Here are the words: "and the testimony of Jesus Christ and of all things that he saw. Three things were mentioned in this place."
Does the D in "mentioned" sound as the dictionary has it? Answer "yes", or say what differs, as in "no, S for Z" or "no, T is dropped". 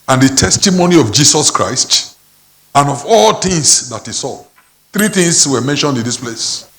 yes